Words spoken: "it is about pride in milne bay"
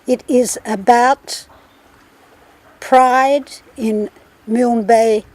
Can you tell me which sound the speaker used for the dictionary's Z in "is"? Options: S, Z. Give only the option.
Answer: Z